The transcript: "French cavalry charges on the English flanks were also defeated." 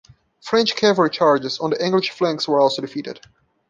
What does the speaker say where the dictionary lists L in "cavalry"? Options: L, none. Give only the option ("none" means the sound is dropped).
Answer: none